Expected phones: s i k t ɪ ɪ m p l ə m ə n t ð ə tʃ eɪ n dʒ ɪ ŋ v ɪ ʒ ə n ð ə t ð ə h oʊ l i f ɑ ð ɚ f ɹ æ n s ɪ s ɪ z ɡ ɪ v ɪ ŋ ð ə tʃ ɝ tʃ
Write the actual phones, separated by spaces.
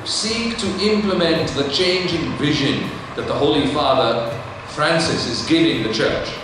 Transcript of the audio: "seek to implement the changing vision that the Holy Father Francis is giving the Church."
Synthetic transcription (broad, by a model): s i k t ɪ ɪ m p l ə m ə n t ð ə tʃ eɪ n dʒ ɪ ŋ v ɪ ʒ ə n ð ə t ð ə h oʊ l i f ɑ ð ɚ f ɹ æ n s ɪ s ɪ z ɡ ɪ v ɪ ŋ ð ə tʃ ɝ tʃ